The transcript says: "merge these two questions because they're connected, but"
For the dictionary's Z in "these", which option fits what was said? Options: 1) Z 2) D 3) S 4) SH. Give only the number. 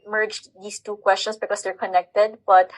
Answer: 3